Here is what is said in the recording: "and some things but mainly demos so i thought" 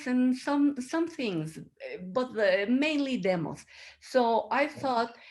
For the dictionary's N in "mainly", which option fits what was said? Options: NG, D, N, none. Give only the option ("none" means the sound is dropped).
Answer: N